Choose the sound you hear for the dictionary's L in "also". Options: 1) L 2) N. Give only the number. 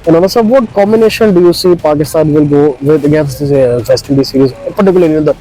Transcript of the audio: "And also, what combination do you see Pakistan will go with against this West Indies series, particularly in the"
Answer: 2